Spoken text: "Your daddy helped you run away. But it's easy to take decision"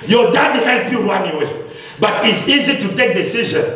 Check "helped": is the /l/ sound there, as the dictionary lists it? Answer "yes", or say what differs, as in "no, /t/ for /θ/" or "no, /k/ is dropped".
no, /n/ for /l/